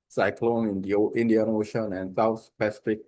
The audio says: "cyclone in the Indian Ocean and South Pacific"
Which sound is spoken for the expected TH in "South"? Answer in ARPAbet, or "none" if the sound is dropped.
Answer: S